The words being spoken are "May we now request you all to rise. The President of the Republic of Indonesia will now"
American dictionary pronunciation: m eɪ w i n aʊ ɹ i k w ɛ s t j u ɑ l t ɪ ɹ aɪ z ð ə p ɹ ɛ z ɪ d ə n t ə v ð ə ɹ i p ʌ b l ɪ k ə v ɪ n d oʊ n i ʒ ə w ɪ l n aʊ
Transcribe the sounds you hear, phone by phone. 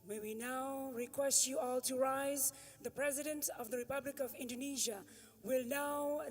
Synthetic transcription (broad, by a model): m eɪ w i n aʊ ɹ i k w ɛ s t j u ɑ l t ɪ ɹ aɪ z ð ə p ɹ ɛ z ɪ d ə n t ə v ð ə ɹ i p ʌ b l ɪ k ə v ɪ n d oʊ n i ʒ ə w ɪ l n aʊ